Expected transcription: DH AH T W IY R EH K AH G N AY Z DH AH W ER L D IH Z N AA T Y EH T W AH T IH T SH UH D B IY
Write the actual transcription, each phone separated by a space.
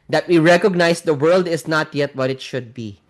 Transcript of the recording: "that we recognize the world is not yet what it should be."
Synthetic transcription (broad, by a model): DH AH T W IY R EH K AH G N AY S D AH W ER L D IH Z N AA T Y EH T W AH T IH T SH UH D B IY